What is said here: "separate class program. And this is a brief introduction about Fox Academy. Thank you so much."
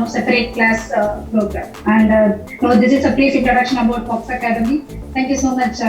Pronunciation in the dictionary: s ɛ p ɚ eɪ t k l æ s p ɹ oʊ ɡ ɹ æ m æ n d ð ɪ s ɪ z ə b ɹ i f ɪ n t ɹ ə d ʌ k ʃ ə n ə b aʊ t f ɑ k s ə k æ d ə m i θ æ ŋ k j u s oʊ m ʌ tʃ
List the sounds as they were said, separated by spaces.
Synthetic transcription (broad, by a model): s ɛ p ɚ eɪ t k l æ s p ɹ oʊ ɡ ɹ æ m æ n d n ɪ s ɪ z ə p ɹ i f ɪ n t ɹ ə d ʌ k ʃ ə n ə b aʊ t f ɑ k s ə k æ d ə m i t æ ŋ k j u s oʊ m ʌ tʃ